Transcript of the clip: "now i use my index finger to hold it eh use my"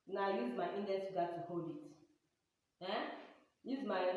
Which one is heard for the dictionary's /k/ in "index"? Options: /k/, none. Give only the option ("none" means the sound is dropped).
none